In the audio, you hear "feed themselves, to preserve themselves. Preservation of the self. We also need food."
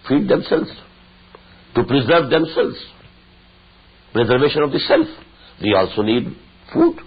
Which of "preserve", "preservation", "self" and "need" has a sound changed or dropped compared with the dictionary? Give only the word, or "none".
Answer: none